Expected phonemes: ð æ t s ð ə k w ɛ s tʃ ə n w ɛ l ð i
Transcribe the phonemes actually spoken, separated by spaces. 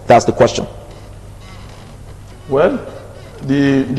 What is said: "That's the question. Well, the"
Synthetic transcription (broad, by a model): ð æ t s ð ə k w ɛ s tʃ ə n w ɛ l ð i